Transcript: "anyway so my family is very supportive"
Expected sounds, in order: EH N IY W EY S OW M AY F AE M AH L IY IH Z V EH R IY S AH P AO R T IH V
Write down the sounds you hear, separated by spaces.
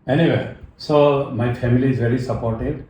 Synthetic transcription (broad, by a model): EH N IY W EY S OW M AY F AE M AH L IY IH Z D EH L IY S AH P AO R T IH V